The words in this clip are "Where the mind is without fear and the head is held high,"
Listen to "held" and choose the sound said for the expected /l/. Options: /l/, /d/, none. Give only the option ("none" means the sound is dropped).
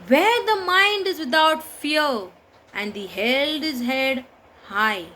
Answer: none